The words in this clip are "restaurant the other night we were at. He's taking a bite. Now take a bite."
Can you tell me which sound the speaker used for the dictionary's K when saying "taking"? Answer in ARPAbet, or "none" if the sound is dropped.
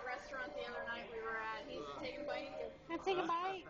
none